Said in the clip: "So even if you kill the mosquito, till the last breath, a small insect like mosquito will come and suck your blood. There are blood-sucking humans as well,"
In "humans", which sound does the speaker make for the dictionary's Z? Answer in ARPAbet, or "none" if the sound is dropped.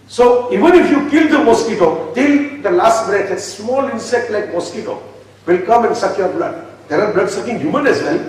none